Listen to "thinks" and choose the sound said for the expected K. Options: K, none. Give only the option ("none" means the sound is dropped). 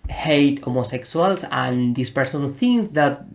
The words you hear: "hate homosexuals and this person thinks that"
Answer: none